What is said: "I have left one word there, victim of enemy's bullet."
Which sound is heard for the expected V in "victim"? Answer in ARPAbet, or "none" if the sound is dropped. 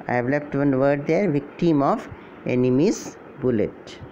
V